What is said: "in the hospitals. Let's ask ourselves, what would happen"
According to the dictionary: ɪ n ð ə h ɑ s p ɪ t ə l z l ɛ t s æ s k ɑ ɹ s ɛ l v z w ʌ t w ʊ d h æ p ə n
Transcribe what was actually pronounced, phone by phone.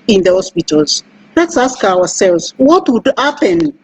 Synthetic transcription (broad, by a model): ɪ n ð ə h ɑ s p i t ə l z l ɛ t s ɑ s k ɑ w s ɛ l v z w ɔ t w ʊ d h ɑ p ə n